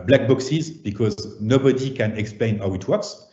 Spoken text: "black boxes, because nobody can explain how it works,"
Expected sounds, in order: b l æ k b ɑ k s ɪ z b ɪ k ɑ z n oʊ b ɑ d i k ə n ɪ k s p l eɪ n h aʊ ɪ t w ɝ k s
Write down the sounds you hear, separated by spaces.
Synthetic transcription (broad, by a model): b l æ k b ɑ k s ɪ z b ɪ k ɑ z n oʊ b ɑ d i k ə n ɪ k s p l eɪ n h aʊ ɪ t w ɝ k s